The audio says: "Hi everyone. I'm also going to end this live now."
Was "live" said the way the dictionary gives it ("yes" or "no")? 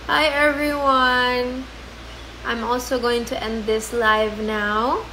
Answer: yes